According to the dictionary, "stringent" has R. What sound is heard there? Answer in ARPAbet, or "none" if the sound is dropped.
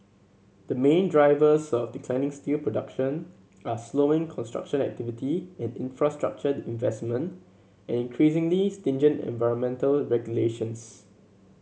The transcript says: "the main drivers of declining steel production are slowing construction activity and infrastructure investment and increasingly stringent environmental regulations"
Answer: none